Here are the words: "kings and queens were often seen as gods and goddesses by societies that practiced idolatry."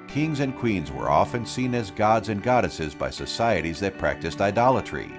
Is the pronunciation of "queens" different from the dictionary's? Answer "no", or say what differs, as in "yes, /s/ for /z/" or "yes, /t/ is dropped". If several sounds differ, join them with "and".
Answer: no